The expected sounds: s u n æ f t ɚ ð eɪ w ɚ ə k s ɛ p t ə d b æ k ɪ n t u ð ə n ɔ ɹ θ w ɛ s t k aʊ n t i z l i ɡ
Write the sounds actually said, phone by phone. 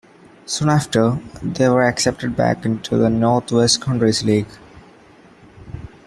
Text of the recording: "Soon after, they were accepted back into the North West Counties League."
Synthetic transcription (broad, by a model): s u n æ f t ɚ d eɪ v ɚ ə k s ɛ p t ə d b æ k ɪ n t u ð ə n ɔ ɹ t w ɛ s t k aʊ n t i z l i ɡ